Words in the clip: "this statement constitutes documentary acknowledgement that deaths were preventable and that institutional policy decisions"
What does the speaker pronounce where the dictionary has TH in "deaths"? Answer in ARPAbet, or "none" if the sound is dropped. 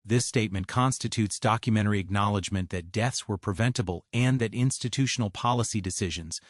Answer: TH